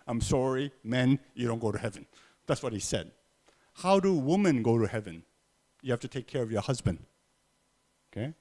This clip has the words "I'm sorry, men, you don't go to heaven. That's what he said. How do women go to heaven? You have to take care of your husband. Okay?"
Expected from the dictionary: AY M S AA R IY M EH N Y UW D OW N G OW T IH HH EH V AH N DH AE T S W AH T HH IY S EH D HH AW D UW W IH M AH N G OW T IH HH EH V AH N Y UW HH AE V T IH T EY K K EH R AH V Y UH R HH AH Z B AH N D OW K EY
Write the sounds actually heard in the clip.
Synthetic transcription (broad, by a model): AY M S AA R IY M EH N Y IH D OW N G OW T IH HH EH V AH N DH AE T S W AH T HH IY S EH D HH AW D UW W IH M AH N G OW T IH HH EH V AH N Y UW HH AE F T IH T EY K K EH R AH V Y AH R HH AH Z B AH N D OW K EY